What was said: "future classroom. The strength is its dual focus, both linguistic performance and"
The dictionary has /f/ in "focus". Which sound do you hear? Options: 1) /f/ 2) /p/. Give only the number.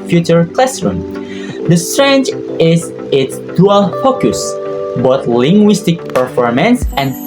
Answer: 1